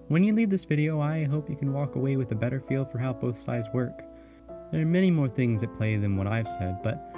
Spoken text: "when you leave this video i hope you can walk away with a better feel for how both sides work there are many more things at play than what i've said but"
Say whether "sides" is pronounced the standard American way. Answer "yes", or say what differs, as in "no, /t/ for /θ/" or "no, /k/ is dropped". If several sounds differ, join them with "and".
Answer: yes